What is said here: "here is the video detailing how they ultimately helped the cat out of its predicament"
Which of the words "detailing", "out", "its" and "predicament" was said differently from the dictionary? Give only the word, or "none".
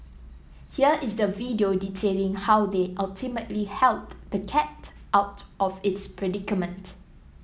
none